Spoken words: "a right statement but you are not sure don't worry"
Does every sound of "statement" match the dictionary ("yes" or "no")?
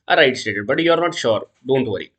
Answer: no